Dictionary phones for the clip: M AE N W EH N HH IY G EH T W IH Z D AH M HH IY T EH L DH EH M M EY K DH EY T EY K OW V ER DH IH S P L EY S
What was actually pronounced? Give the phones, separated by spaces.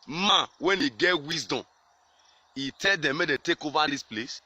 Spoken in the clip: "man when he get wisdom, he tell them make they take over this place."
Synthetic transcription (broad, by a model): M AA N W EH N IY G EH T W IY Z D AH M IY T EH L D EH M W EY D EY T EY K OW V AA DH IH S P L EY S